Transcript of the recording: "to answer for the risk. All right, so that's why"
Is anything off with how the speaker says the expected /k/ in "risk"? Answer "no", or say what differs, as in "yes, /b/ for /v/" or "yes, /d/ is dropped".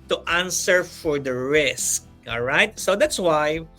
no